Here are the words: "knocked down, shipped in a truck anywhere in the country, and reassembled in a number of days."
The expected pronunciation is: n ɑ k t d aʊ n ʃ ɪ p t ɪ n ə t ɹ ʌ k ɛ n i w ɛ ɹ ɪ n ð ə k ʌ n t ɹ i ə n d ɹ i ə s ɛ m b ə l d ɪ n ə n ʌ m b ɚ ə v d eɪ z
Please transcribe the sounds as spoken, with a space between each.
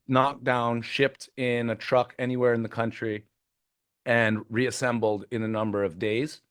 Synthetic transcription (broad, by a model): n ɑ k d aʊ n ʃ ɪ p t ɪ n ə t ɹ ʌ k ɛ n i w ɛ ɹ ɪ n ð ə k ʌ n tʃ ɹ i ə n ɹ i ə s ɛ m b l d ɪ n ə n ʌ m b ɚ ə v d eɪ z